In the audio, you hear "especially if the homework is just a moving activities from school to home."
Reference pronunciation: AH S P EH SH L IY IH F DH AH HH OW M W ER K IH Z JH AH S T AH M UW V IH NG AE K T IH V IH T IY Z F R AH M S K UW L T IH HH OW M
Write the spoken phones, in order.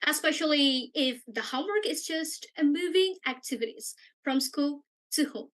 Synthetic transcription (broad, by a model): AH S P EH SH L IY IH F DH AH HH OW M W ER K IH Z JH AH S T AH M UW V IH NG AE K T IH V IH T IY Z F R AH M S K UW L T IH HH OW M